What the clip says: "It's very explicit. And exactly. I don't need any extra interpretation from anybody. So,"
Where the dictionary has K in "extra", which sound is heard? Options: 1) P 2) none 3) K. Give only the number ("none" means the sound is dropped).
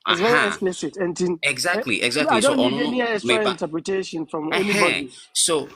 2